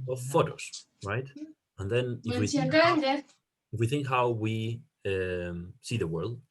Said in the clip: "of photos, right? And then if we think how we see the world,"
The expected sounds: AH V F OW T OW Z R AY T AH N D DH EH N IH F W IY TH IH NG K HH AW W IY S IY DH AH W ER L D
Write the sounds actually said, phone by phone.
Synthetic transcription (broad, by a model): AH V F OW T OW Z R AY T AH N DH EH N IH F W IY TH IH NG K HH AW W IY S IY DH AH W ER L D